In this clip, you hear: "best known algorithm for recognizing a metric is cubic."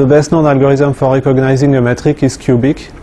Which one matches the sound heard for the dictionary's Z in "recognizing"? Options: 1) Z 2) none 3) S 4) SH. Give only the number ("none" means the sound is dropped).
1